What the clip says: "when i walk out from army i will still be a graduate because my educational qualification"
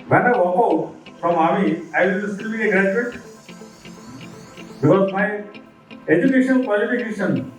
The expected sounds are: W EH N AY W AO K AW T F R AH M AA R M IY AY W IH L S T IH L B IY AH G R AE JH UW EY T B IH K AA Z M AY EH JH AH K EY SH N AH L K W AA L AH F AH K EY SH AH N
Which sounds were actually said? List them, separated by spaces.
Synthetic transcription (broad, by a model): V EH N AY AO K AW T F R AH M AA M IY AY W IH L S T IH L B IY AH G R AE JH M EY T B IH K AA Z M AY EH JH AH K EY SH AH N K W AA L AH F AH K EY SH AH N